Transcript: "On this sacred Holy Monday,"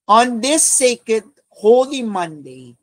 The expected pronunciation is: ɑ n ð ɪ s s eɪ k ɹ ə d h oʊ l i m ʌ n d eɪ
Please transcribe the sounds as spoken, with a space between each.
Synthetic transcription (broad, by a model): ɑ n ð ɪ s s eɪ k ə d h oʊ l i m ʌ n d eɪ